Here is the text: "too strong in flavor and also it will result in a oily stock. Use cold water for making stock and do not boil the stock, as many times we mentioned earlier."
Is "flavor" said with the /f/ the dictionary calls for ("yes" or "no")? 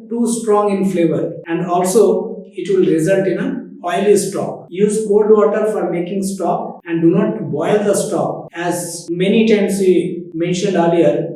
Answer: yes